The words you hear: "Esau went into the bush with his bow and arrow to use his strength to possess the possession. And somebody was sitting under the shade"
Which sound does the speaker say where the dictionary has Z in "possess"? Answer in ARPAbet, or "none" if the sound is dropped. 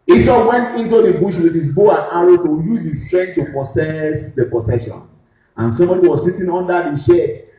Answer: S